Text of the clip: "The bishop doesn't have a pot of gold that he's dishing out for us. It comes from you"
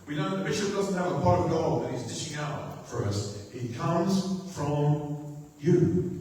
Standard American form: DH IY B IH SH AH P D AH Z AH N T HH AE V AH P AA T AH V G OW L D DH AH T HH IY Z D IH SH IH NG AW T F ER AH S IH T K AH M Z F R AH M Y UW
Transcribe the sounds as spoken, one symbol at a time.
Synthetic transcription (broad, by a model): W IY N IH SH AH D AH Z N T HH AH V AH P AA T AH V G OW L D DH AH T HH IY Z D IH SH IH NG AW T F ER AH S IH T K AH M Z F R AH M Y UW